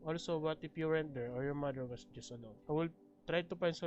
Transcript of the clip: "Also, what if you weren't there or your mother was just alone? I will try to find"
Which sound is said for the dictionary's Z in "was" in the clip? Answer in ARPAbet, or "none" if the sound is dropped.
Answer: S